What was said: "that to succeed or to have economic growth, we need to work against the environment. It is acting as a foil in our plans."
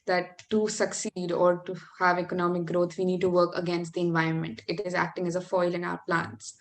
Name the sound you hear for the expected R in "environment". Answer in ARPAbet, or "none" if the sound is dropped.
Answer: R